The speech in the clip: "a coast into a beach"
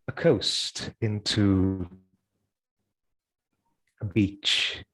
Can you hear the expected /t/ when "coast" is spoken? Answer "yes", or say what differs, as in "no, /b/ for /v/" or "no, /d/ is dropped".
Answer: yes